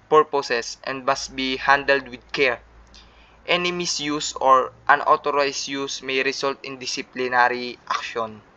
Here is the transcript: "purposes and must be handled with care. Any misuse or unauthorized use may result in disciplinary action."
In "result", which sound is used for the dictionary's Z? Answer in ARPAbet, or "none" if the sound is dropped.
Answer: S